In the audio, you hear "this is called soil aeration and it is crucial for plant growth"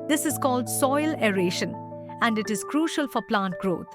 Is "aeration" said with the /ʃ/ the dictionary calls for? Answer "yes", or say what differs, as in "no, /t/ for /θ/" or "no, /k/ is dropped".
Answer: yes